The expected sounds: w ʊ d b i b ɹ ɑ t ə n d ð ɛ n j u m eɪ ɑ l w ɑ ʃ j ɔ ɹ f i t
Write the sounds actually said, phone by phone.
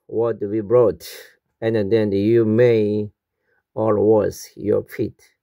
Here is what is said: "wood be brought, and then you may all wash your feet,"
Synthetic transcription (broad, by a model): w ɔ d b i b ɹ ɑ t ə n d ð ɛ n j u m eɪ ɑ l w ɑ s j ɔ ɹ f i t